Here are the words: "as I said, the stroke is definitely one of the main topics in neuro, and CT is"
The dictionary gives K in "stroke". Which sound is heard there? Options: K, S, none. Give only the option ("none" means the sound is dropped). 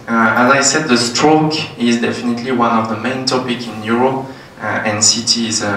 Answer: K